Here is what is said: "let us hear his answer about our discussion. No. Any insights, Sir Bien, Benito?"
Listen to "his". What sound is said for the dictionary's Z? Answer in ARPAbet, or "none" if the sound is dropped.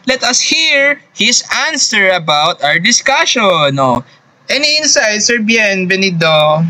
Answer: S